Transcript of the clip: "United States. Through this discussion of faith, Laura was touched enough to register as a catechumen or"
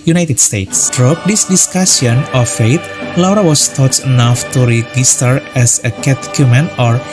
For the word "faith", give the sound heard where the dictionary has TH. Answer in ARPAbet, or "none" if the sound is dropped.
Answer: T